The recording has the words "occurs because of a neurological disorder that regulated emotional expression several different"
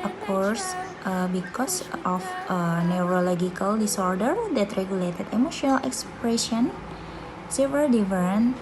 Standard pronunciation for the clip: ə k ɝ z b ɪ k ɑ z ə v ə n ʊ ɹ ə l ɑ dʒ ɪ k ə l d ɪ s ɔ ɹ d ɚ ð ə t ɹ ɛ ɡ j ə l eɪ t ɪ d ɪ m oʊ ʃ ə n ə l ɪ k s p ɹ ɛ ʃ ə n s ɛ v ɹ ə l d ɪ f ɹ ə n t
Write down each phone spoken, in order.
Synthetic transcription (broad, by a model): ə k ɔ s b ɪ k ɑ s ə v ə n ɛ ɹ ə l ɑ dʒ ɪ k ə l d ɪ s ɔ ɹ d ɚ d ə t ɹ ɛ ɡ j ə l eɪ t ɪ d ɪ m oʊ ʃ ə n ə l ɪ k s p ɹ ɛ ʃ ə n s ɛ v ə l d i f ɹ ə n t